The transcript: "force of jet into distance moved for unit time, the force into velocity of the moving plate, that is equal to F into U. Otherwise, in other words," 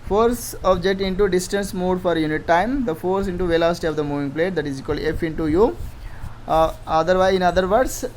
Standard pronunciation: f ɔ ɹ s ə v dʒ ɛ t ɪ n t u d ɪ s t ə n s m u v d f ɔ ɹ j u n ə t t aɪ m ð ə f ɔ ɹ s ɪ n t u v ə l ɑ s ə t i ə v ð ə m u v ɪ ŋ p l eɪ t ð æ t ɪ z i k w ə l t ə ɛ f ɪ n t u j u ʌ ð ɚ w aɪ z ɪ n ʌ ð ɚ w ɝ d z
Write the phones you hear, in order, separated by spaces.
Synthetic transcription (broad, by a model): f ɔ ɹ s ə b dʒ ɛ t ɪ n t u d ɪ s t ə n s m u d f ɔ ɹ j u n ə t t aɪ m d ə f ɔ ɹ s ɪ n t u v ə l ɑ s t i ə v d ə m u v ɪ ŋ p l eɪ t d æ t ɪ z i k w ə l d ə ɛ f ɪ n t u j u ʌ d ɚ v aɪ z ɪ n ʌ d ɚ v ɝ d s